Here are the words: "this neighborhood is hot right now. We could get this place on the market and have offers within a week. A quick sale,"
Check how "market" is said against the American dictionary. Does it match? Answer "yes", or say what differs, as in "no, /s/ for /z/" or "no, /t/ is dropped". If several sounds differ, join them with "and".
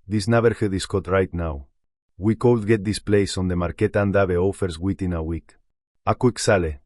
yes